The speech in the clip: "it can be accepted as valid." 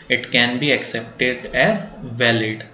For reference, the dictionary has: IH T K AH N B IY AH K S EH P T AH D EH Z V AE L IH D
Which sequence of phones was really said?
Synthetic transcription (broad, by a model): IH T K AH N B IY AH K S EH P T AH D EH Z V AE L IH D